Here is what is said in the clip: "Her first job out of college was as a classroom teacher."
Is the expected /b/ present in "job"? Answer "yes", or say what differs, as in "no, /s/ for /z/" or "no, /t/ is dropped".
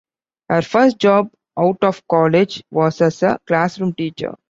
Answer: yes